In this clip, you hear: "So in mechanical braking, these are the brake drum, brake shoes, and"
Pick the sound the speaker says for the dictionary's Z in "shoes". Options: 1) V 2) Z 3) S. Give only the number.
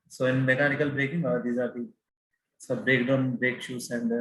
3